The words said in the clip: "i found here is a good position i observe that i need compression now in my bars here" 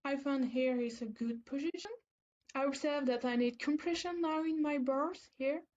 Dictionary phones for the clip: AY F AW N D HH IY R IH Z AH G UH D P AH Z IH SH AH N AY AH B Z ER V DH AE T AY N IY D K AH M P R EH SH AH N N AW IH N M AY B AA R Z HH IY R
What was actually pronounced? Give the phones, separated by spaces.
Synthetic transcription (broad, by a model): AY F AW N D HH IY R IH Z AH G UH D P AH Z IH SH AH N AY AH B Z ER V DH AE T AY N IY D K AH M P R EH SH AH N N AW IH N M AY B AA R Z HH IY R